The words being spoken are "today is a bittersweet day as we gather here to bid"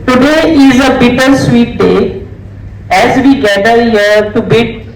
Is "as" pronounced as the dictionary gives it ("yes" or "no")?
yes